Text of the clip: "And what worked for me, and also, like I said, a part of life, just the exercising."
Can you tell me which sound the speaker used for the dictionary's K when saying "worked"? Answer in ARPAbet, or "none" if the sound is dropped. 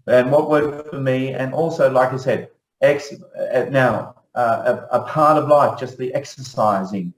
none